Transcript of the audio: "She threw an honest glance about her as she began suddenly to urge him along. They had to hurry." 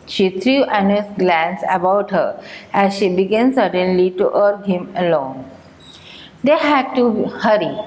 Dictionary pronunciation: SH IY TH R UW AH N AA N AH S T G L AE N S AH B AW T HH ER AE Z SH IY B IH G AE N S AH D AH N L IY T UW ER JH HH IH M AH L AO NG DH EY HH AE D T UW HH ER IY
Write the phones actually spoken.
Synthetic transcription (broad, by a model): SH IY T R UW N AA N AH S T G L AE N S AH B AW T HH ER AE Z SH IY B IH G AE N S AH D AH N L IY T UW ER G HH IH M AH L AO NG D EY HH AE D T UW HH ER IY